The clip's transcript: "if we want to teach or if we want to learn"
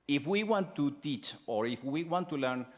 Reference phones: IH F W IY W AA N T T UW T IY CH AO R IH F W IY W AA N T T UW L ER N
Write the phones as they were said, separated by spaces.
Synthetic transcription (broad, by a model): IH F W IY W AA N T T UW T IY CH AO R IH F W IY W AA N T T UW L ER N